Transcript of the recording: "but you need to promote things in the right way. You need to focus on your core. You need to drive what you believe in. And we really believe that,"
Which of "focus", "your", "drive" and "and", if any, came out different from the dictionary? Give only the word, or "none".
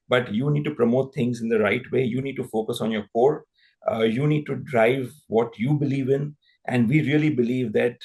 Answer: none